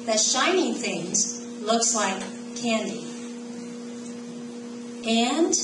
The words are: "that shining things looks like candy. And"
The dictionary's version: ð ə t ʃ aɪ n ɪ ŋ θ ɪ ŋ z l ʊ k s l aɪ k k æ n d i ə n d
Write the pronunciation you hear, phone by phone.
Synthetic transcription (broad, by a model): ð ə t ʃ aɪ n ɪ ŋ θ ɪ ŋ z l ʊ k s l aɪ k k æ n d i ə n